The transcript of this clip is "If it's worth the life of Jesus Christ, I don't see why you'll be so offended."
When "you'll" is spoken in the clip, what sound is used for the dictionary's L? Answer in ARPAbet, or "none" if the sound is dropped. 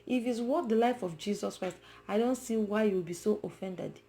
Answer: W